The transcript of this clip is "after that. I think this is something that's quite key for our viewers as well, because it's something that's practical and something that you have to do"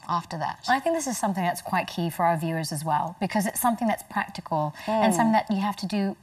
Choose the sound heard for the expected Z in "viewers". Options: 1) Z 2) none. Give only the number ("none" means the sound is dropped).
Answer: 1